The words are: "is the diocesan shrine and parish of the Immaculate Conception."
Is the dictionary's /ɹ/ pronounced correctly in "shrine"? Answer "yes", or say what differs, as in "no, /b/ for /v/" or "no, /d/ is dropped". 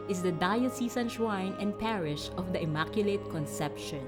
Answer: no, /w/ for /ɹ/